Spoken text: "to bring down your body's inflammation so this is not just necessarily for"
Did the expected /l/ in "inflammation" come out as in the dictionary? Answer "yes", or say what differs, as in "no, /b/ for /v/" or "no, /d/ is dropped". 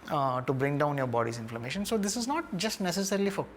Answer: yes